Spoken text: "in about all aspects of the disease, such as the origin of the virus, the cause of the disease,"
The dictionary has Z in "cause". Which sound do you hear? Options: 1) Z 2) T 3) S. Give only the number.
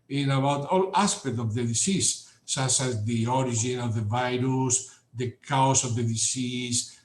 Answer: 3